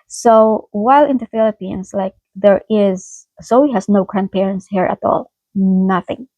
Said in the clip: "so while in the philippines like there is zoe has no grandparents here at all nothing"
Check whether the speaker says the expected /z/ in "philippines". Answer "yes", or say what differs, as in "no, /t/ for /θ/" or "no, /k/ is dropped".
no, /s/ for /z/